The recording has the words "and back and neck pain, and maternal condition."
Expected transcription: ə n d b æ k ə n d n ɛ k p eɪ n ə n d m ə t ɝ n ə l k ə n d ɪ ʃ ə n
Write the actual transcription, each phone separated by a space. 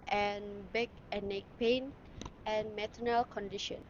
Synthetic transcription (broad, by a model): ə n b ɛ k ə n n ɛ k p eɪ n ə n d m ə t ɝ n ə l k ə n d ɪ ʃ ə n